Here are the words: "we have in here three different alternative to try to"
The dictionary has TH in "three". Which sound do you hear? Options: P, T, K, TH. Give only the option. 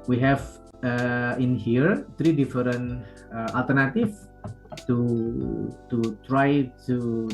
T